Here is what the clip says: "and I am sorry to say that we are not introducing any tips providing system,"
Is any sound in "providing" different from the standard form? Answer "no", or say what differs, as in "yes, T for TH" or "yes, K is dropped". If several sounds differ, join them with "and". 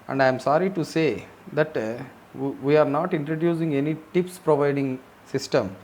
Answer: no